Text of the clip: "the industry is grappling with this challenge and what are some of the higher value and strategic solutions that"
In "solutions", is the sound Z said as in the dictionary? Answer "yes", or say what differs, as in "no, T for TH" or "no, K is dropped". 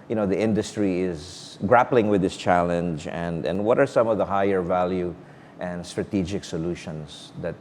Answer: no, S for Z